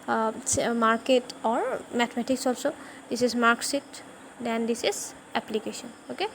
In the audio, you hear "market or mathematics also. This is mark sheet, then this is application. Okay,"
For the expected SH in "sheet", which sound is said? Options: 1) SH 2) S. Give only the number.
2